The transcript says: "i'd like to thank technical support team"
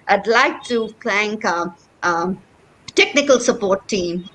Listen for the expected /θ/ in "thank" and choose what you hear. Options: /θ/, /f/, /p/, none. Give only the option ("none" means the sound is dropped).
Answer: /f/